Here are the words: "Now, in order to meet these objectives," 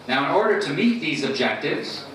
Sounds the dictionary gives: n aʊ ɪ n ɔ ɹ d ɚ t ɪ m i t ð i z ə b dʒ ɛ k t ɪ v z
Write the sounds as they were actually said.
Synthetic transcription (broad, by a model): n aʊ ɪ n ɔ ɹ d ɚ t ɪ m i t ð i z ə b dʒ ɛ k t ɪ v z